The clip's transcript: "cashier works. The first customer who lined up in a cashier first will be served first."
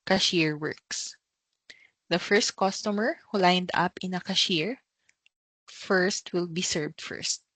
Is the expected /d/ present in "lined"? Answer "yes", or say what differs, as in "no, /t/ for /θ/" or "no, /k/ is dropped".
yes